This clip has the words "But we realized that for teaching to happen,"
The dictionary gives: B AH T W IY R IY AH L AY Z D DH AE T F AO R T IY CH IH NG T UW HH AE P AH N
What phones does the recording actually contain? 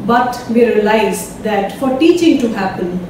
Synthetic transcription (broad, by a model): B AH T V IY R IY AH L AY Z D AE T F AO R T IY CH IH NG T UW HH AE P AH N